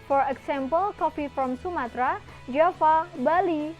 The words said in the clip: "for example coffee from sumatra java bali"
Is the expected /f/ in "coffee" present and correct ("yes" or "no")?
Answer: no